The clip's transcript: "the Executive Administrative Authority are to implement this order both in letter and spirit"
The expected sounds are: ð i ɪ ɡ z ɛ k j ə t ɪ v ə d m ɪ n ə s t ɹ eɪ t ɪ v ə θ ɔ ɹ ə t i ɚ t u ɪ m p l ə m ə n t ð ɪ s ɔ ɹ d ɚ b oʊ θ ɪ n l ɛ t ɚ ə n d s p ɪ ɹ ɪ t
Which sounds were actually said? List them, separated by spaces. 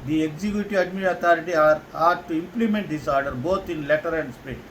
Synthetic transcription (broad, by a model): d i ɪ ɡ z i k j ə t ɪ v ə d m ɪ ə t ɑ t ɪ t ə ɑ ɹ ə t t u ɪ m p l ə m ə n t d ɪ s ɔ ɹ d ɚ b oʊ t ɪ n l ɛ t ɚ ə n d s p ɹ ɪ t